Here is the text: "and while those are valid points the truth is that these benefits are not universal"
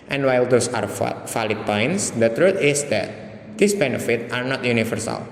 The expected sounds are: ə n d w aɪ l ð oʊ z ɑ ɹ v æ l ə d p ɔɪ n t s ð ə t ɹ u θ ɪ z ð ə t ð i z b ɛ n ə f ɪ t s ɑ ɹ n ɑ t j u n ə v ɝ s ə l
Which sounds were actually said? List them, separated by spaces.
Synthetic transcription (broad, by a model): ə n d w aɪ l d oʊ s ɑ ɹ f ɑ l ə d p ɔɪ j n s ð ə t ɹ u t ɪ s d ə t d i s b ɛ n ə f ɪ t ɑ ɹ n ɑ t j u n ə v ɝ s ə l